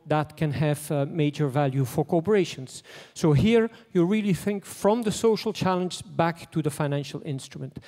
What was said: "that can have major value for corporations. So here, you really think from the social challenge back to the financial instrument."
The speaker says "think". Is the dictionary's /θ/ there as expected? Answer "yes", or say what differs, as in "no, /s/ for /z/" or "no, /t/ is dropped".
yes